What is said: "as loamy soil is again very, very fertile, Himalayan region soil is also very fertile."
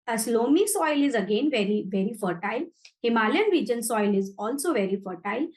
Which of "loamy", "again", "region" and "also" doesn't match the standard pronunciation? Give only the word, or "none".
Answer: none